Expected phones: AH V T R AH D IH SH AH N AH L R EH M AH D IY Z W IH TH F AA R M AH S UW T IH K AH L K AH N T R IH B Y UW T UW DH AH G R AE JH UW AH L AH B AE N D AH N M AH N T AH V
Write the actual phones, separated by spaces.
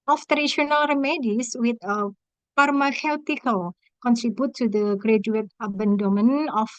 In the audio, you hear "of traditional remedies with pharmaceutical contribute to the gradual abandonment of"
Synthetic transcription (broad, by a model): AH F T AH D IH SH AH N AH L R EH M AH D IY S W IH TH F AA R M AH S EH T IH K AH L K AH N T R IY B Y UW T UW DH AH G R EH JH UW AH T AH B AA N D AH M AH N AH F